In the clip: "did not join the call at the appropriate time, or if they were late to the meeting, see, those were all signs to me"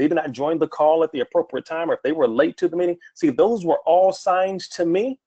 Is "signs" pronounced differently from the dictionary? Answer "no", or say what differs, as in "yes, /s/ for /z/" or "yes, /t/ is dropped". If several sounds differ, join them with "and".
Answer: yes, /z/ is dropped